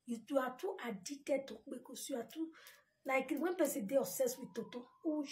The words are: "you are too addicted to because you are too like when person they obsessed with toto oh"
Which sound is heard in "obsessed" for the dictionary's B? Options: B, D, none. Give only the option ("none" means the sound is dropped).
none